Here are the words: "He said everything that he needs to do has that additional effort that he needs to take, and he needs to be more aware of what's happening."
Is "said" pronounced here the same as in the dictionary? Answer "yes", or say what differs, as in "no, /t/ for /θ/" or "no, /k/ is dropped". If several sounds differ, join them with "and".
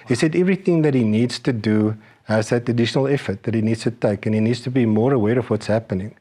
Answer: yes